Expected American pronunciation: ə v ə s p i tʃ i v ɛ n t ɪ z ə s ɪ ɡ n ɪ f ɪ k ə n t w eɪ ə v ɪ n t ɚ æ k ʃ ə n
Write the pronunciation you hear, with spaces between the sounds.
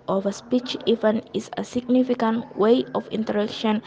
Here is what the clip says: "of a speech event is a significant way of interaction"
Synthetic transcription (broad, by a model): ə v ə s p i tʃ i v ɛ n ɪ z ə s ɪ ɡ n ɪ f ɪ k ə n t w eɪ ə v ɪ n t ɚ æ k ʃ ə n